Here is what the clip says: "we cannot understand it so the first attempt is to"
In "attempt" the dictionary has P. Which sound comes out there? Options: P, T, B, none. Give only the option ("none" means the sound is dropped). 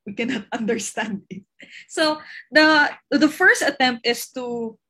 P